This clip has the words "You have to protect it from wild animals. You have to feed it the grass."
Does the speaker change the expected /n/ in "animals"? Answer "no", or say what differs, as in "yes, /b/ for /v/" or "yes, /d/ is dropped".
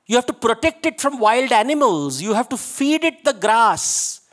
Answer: no